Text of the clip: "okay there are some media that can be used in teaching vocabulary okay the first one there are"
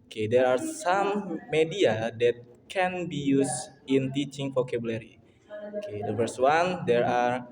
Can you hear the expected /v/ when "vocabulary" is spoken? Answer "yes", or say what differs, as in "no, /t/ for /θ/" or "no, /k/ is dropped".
no, /f/ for /v/